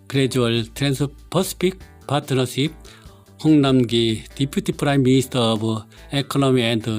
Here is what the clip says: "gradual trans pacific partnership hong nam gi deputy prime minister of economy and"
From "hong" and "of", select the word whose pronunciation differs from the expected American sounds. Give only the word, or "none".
of